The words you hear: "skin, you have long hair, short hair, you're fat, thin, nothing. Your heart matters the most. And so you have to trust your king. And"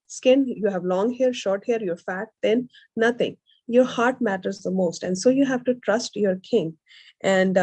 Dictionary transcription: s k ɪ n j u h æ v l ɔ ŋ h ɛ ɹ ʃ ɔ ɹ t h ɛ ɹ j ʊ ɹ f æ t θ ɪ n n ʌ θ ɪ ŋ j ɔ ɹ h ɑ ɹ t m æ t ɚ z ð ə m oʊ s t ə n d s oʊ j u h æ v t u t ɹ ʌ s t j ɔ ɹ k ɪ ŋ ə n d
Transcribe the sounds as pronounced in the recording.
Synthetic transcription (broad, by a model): s k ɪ n j u h æ v l ɔ ŋ h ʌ ɹ ʃ ɔ ɹ t h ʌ ɹ j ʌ ɹ f æ t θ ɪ n n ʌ t ɪ ŋ j ɔ ɹ h ɑ ɹ t m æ t ɚ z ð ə m oʊ s t ə n d s oʊ j u h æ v t u t ɹ ʌ s t j ɔ ɹ k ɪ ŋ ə n d